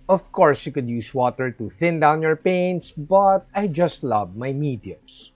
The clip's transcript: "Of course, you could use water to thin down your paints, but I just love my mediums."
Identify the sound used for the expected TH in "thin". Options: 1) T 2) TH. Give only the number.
2